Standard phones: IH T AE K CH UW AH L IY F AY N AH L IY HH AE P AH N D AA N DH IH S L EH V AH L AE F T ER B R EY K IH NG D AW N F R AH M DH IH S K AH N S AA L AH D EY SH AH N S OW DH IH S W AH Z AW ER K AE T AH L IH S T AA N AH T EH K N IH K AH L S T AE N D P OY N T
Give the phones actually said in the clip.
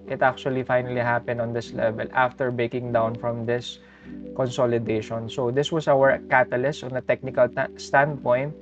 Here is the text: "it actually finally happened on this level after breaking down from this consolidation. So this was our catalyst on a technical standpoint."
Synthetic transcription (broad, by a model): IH T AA K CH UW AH L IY F AY N AH L IY HH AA P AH N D AA N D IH S L EH V AH L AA F T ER B EY K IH NG D AW N F R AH M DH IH S K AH N S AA L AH D EY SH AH N S OW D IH S W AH S AW ER K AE T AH L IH S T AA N AH T EH K N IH K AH L S T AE N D P OY N T